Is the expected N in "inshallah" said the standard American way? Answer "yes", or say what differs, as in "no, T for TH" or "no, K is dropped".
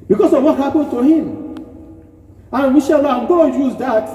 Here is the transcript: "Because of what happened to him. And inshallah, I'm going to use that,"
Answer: no, N is dropped